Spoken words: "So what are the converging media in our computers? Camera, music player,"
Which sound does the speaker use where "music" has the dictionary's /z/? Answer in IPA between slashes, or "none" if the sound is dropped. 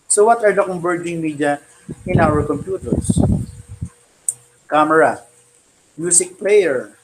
/s/